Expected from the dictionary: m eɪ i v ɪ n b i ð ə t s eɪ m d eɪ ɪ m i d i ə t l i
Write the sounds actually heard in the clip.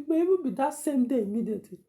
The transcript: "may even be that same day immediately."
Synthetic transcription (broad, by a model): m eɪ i b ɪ b i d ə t s eɪ m d eɪ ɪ m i d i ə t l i